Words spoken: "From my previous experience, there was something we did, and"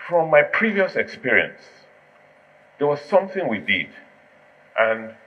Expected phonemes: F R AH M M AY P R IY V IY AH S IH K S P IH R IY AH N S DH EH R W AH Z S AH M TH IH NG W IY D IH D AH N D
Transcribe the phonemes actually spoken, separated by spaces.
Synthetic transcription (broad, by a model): F R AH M M AY P R IY V IY AH S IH K S P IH R IY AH N S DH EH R W AH Z S AH M TH IH NG W IY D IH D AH N